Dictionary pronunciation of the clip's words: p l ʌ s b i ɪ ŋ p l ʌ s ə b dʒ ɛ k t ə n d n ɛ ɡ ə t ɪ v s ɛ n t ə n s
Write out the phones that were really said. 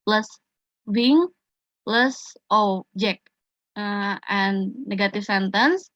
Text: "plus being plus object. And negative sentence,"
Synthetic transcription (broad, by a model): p l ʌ s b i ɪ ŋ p l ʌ s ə dʒ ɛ k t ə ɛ n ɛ ɡ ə t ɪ f s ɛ n t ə n s